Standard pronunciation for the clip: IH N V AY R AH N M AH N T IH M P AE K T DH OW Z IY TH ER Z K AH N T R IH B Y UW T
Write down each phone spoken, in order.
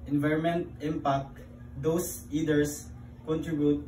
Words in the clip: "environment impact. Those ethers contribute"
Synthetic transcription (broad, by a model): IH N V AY R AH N M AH N T IH M P AE K T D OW S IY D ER S K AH N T R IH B Y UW T